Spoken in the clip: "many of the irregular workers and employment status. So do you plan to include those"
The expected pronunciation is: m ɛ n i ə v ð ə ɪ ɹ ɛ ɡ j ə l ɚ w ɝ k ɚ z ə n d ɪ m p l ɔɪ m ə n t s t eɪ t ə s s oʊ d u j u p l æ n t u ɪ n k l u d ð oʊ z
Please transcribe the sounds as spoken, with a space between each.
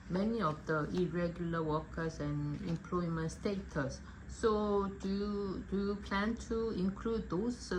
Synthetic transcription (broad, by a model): m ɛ n i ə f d ə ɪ ɹ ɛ ɡ j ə l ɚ w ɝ k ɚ s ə n ɪ m p l ɔɪ m ə n t s t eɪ t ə s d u d u j u p l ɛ n t u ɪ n k l u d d oʊ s